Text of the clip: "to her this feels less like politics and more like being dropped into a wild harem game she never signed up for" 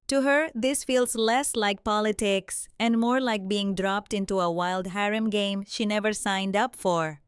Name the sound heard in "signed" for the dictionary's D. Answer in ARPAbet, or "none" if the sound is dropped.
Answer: D